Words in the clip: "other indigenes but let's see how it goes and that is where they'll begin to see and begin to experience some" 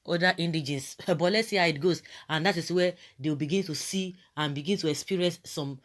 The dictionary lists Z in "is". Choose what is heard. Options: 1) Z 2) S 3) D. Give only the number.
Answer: 2